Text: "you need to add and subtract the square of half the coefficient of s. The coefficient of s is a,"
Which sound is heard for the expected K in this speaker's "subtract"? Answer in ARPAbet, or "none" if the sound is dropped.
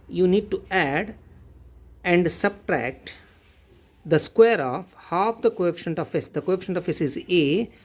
K